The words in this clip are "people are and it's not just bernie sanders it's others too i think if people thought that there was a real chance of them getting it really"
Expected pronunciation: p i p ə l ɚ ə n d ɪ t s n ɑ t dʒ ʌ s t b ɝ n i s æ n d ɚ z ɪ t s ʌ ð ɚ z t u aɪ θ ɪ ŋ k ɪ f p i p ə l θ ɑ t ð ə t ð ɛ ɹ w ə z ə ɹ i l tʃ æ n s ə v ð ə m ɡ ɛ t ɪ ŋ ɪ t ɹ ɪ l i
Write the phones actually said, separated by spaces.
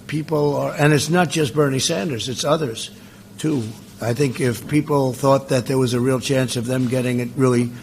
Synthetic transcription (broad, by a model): p i p l ɚ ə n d ɪ t s n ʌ t dʒ ʌ s t b ɝ n i s æ n d ɚ z ɪ t s ʌ ð ɚ z t u aɪ θ ɪ ŋ k ɪ f p i p l θ ɑ t ð ə t ð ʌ ɹ w ə z ə ɹ i l tʃ æ n s ə v ð ə m ɡ ɛ t ɪ ŋ ɪ t ɹ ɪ l i